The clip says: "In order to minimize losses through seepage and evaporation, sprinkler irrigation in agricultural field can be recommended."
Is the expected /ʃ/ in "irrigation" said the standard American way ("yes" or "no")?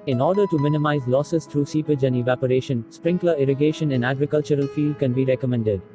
yes